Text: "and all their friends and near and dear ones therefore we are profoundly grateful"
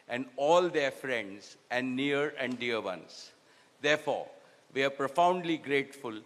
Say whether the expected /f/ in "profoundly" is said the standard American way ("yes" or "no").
yes